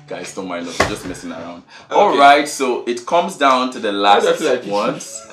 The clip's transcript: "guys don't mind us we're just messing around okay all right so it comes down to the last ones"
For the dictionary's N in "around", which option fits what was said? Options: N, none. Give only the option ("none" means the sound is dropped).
N